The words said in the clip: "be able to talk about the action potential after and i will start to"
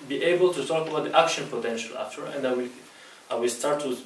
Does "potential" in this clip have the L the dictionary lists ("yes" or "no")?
yes